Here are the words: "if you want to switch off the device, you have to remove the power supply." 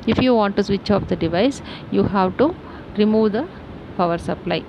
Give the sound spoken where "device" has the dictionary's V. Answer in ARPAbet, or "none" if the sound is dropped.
V